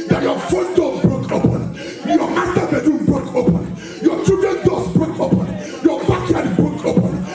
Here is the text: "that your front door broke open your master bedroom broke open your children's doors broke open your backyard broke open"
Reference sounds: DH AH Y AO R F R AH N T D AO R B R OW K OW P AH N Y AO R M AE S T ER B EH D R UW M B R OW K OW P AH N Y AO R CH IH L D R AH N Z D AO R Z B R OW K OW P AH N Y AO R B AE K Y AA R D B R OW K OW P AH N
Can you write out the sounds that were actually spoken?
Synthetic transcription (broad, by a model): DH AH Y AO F AO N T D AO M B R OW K OW P AH N Y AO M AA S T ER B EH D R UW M B R OW K OW P AH N Y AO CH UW D AH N D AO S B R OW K OW P AH N Y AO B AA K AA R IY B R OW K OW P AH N